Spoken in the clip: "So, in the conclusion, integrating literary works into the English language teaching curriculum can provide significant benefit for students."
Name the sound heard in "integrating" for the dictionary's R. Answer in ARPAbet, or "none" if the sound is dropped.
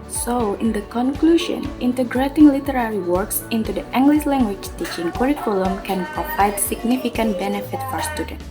R